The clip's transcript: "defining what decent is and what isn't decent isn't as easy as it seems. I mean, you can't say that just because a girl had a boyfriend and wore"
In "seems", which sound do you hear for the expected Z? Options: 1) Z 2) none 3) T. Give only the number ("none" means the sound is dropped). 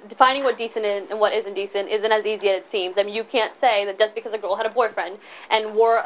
1